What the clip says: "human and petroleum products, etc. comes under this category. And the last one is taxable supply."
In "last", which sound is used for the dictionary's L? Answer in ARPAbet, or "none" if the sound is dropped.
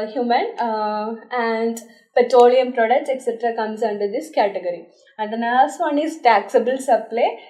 N